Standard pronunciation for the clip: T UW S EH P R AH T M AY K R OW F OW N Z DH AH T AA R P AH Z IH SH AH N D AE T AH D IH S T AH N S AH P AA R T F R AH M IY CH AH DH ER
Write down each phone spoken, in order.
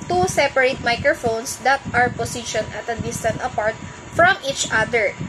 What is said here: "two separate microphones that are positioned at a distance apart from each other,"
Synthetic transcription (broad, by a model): T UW S EH P R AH T M AY K R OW F OW N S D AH T AA R P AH S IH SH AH N AH T AH D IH S T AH N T AH P AA R T F R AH M IY CH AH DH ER